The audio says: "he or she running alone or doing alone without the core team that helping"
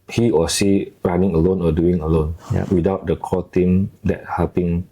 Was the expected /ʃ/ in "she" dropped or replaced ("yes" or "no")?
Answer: yes